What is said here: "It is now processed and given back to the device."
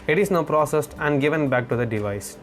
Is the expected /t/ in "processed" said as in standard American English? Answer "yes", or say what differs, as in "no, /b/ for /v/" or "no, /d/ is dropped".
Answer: yes